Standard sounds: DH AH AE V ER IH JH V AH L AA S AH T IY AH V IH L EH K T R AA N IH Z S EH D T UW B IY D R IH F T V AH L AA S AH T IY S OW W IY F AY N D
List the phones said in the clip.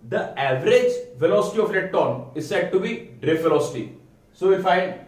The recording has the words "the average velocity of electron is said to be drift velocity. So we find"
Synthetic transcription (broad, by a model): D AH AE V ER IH JH V AH L AA S AH T IY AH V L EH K T AA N IH Z S EH D T UW B IY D R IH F V AH L AA S AH T IY S OW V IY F AY N D